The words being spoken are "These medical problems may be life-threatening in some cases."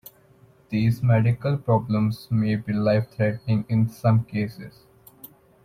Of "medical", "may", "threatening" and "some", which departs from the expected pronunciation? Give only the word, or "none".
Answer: threatening